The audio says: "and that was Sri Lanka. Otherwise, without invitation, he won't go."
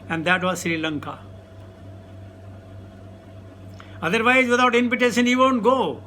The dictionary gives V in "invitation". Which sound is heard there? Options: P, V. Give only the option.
P